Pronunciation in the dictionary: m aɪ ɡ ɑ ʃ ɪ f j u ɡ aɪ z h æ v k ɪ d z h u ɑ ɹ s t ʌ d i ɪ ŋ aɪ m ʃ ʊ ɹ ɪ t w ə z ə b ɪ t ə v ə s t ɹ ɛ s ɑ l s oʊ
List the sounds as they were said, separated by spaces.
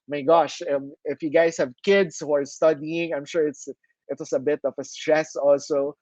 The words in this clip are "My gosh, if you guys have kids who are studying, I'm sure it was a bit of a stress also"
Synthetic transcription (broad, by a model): m aɪ ɡ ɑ ʃ ɪ f j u ɡ aɪ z h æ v k ɪ d s h u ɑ ɹ s t ʌ d i ɪ ŋ aɪ m ʃ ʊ ɹ ɪ t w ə s ə b ɪ t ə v ə s t ɹ ɛ s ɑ l s oʊ